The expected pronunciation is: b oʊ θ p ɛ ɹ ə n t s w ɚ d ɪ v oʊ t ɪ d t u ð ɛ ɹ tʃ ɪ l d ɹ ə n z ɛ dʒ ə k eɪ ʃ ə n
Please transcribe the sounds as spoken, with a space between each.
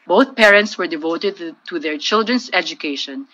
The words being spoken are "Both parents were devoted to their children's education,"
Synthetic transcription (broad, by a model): b oʊ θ p ɛ ɹ ə n t s w ɚ d ɪ v oʊ t ɪ d t u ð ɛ ɹ tʃ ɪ l d ɹ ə n s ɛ dʒ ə k eɪ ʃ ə n